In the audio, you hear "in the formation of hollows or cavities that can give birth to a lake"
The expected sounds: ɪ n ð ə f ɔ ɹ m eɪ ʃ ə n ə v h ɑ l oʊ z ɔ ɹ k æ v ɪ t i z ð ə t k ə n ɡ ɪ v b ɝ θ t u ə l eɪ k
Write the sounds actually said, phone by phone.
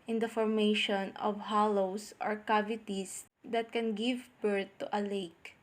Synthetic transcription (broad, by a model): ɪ n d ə f ɔ ɹ m eɪ ʃ ə n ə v h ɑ l oʊ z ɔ ɹ k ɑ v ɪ t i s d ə t k ə n ɡ ɪ v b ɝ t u ə l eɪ k